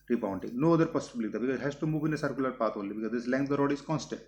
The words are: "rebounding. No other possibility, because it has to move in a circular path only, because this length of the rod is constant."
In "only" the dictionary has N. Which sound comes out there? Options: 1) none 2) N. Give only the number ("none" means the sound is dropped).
1